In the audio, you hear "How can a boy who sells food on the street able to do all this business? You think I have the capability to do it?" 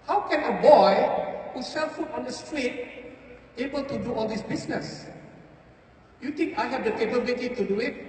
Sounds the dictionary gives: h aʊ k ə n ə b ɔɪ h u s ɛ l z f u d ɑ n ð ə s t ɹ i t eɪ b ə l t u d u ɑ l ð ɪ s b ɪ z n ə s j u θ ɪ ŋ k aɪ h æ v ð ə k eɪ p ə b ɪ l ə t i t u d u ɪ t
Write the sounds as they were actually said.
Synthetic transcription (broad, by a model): h aʊ k ə n ə b ɔɪ h u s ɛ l f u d ɑ n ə s t ɹ i t eɪ b ə l t u d u ɑ l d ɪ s b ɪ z n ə s j u t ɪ ŋ k aɪ h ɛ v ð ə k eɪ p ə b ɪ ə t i t u d u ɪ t